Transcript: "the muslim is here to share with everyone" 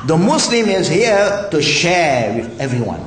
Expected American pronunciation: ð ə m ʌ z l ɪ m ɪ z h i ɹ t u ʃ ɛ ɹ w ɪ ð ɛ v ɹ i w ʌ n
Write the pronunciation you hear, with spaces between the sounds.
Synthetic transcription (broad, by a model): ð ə m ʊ s l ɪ m ɪ z h i ɹ t u ʃ ɛ ɹ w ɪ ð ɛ v ɹ i w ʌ n